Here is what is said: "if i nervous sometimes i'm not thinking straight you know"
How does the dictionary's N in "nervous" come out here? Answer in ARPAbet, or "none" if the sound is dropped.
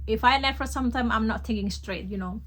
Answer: L